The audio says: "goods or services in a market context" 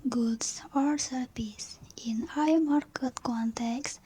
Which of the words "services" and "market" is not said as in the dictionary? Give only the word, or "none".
services